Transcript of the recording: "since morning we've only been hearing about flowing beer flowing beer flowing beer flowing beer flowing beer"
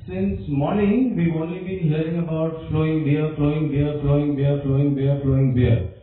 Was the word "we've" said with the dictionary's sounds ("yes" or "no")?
no